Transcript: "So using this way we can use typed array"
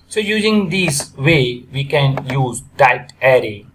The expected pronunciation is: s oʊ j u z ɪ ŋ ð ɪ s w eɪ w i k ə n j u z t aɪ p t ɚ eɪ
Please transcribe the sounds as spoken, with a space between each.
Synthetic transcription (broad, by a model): s oʊ j u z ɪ ŋ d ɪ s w eɪ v i k ə n j u z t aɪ t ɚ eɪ